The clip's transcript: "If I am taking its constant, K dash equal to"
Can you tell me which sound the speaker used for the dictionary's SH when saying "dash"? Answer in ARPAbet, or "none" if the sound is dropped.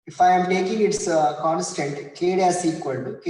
S